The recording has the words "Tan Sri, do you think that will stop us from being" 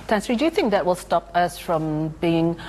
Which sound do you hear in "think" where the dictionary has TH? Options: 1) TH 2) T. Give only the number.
1